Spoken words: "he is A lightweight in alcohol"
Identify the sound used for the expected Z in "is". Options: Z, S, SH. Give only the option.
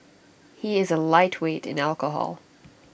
Z